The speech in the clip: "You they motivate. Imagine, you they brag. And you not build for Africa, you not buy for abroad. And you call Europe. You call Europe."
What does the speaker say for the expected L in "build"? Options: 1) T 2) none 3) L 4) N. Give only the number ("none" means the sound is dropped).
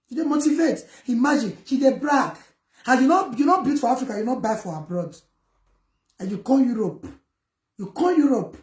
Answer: 2